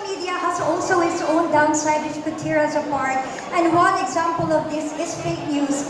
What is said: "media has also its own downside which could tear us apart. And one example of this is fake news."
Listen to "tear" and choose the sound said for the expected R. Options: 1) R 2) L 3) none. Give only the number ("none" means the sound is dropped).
1